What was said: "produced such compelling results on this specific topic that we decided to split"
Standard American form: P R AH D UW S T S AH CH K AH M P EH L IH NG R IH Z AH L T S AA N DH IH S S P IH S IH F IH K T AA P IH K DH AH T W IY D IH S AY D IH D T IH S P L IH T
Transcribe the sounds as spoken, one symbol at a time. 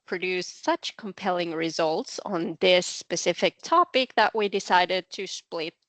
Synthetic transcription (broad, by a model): P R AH D UW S S AH CH K AH M P EH L IH NG R IH Z AH L T S N DH IH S S P IH S IH F IH K T AA P IH K DH AH T W IY D IH S AY D IH D T IH S P L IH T